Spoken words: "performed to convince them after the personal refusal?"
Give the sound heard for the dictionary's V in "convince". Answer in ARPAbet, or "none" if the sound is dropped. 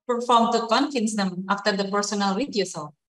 F